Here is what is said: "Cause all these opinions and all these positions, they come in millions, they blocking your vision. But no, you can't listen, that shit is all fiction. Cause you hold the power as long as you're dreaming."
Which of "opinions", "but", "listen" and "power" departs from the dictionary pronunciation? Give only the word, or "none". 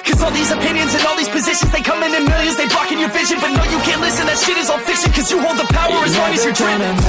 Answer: none